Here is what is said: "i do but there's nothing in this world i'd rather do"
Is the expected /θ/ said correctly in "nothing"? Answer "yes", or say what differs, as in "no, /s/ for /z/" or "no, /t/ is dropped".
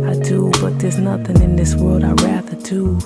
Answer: yes